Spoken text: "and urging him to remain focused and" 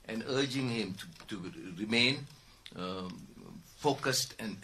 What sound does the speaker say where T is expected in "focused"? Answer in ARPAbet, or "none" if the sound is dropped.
T